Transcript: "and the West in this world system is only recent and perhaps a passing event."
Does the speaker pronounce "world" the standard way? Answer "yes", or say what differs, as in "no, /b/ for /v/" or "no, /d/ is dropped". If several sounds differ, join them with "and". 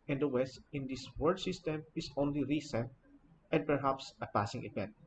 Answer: no, /l/ is dropped